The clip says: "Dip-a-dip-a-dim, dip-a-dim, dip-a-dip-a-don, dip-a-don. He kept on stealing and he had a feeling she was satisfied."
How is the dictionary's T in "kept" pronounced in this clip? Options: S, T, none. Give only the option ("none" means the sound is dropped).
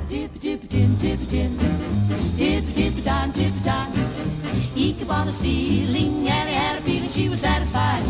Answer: none